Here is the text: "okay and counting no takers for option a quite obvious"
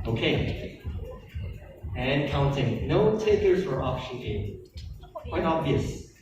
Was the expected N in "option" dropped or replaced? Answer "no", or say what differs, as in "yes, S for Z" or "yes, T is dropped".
yes, N is dropped